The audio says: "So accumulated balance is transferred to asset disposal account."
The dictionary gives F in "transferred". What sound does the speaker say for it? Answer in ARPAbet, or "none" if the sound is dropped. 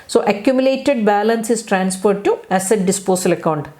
P